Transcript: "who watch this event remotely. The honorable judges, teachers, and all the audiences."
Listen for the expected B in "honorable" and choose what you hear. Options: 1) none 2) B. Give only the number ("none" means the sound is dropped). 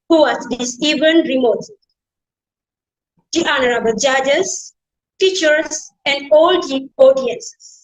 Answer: 2